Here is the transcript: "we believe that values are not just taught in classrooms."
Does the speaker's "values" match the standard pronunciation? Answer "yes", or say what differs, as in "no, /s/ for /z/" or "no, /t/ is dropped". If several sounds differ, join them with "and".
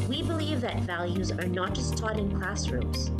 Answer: yes